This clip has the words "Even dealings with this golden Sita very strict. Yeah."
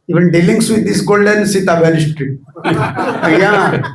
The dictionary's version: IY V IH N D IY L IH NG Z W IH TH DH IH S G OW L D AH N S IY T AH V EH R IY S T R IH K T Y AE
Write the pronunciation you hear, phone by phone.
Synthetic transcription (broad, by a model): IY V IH N D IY L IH NG S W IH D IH S G OW L D AH N S IY T AH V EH L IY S T R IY T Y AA